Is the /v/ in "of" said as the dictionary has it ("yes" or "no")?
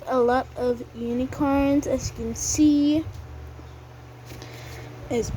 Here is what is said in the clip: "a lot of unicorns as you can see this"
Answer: yes